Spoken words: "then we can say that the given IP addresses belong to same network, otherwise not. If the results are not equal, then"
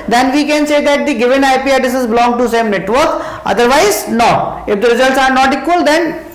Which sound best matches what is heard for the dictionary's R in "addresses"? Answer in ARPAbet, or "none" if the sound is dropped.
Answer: none